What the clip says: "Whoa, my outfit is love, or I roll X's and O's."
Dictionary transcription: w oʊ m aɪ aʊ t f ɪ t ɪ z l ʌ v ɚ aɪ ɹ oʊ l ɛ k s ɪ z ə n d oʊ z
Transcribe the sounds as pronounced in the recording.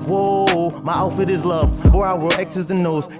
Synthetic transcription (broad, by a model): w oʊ m aɪ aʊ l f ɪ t ɪ z l ʌ v ɚ aɪ w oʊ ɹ ɛ k s ɪ z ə n oʊ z